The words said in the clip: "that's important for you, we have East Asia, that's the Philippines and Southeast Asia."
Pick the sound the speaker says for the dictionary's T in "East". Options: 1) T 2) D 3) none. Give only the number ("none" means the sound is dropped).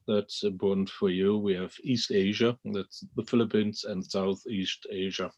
1